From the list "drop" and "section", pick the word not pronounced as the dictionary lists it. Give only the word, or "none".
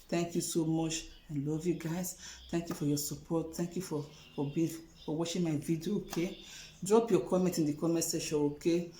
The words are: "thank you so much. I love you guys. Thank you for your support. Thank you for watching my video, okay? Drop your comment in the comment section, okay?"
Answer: section